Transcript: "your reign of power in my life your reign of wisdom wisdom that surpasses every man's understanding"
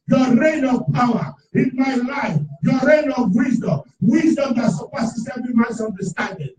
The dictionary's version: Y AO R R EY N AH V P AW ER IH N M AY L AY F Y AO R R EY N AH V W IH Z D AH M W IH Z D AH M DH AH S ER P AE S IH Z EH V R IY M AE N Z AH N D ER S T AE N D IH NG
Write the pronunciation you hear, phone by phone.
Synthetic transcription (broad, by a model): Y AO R R EY N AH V P AW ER IH N M AY L AY F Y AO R R EY N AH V W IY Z D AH M W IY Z D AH M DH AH S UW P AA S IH S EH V IY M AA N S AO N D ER S T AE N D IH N